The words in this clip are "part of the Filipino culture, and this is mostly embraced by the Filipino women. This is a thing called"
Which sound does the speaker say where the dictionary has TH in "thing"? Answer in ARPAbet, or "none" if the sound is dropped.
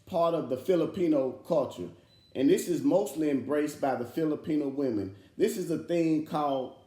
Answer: TH